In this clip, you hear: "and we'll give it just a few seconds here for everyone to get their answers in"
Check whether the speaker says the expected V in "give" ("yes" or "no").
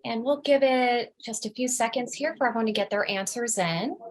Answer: yes